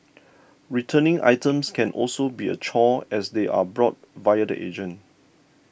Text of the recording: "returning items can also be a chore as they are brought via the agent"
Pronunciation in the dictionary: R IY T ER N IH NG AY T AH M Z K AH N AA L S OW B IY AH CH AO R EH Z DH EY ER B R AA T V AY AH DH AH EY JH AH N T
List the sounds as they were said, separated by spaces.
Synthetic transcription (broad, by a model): R IY T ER N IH NG AY T AH M S K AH N AA L S OW B IY AH CH AO EH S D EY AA B R AA T V AY AH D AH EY JH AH N